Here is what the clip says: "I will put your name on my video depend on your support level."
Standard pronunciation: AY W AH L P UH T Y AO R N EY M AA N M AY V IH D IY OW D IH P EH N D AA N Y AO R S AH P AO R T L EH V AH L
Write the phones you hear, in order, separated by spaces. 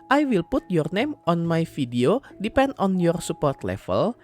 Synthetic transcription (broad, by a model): AY W AH L P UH T Y AO R N EY M AA N M AY F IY D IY OW D IH P EH N D AA N Y AO R S AH P AO R T L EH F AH L